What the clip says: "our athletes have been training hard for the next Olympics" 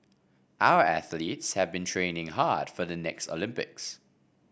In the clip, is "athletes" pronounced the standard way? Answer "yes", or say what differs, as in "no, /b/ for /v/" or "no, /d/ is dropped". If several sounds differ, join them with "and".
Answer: yes